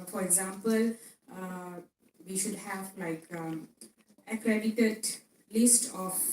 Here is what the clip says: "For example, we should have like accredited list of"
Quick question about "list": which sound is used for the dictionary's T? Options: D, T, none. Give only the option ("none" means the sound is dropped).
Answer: T